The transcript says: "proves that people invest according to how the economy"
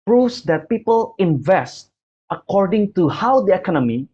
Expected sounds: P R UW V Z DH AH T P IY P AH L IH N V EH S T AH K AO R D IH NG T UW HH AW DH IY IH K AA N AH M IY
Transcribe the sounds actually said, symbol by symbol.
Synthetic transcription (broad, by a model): P R UW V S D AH T P IY P AH L IH N V EH S T AH K AO R D IH NG T UW HH AW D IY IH K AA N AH M IY